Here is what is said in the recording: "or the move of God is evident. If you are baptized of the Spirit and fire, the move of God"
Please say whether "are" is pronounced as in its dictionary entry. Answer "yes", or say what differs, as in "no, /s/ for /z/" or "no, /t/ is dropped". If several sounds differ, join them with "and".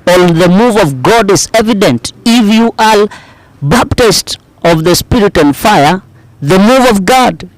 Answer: no, /l/ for /ɹ/